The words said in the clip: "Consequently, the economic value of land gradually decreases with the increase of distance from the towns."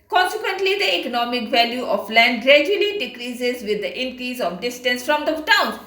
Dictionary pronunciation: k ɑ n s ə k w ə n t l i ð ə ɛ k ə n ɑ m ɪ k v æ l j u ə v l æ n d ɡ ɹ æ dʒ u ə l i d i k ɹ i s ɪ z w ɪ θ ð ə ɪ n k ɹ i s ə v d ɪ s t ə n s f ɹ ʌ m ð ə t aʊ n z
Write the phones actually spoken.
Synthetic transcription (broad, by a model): k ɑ n s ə k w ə n t l i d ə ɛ k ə n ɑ m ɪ k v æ l j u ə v l æ n d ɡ ɹ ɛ dʒ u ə l i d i k ɹ i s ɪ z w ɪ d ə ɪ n k ɹ i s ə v d ɪ s t ə n s f ɹ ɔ m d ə t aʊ n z